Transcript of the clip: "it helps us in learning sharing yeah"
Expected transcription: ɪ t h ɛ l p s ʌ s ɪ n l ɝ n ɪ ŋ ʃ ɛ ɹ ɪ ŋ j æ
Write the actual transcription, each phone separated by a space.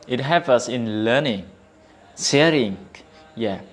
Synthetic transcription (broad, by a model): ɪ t h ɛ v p ʌ s ɪ n l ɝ n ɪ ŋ s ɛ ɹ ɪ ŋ j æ